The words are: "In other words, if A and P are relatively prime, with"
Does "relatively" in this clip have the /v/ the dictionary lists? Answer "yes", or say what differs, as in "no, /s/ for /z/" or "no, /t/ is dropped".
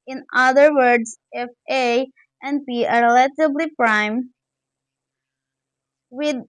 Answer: no, /b/ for /v/